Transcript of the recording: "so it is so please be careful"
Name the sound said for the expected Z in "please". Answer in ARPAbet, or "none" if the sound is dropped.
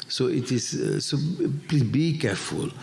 none